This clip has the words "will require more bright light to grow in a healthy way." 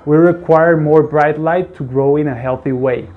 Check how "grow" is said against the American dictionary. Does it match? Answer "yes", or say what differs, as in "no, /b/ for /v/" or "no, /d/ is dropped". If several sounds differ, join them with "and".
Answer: yes